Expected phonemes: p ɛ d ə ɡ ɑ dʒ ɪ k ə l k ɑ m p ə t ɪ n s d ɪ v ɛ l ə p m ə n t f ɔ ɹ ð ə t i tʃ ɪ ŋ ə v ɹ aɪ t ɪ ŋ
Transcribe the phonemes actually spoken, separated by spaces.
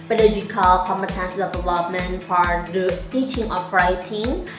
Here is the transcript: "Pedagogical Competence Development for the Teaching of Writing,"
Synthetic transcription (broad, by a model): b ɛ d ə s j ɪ k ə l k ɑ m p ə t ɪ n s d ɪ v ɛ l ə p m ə n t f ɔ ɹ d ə t i tʃ ɪ ŋ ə p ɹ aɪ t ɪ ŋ